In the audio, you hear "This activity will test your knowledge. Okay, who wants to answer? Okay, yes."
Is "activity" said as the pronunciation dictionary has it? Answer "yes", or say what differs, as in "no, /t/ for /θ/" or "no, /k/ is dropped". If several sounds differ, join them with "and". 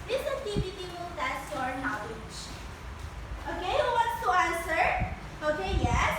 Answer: no, /k/ is dropped